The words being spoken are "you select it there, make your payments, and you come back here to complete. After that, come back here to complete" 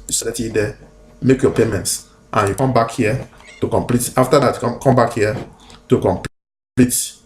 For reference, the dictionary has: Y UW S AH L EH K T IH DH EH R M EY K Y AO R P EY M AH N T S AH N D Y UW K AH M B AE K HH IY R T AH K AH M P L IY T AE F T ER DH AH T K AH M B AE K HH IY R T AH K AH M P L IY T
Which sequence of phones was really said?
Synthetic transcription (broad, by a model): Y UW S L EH T IH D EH M EY K Y AO P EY M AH N T S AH N Y UW K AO M B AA K HH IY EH T AH K AH M P L IY T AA F T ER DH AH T K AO M B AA K HH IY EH T AH K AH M P L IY T